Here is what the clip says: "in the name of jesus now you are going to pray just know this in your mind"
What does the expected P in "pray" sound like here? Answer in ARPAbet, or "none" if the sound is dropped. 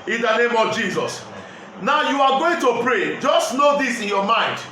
P